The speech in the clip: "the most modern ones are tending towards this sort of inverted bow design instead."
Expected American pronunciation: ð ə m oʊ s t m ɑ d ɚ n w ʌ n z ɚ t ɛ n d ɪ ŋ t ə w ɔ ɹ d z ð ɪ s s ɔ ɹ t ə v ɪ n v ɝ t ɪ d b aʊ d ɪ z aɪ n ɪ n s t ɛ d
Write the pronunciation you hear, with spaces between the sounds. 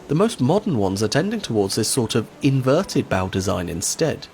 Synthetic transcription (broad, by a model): ð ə m oʊ s t m ɑ d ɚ n w ʌ n z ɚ t ɛ n d ɪ ŋ t ə w ɔ ɹ d z ð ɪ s s ɔ ɹ t ə v ɪ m v ɝ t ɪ d b aʊ d ɪ z aɪ n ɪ n s t ɛ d